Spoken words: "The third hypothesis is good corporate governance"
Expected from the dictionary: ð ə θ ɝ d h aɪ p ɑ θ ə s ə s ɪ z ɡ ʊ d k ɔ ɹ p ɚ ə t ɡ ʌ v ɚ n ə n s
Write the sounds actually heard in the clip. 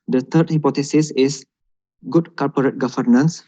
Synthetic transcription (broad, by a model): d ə t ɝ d h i p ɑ t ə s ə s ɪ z ɡ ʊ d k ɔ l p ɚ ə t ɡ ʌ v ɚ n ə n s